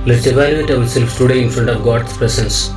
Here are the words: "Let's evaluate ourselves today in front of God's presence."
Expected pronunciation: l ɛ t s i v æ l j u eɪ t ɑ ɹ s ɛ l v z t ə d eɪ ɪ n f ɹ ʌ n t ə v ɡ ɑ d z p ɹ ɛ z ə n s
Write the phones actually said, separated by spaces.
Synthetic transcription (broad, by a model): l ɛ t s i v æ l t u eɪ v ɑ l s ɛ l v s t ə d eɪ ɪ n f ɹ ʌ n t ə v ɡ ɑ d s p ɹ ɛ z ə n s